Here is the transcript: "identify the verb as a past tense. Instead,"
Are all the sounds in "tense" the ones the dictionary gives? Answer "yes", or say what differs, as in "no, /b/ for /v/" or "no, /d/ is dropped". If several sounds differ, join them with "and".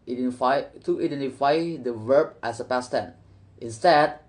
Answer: no, /s/ is dropped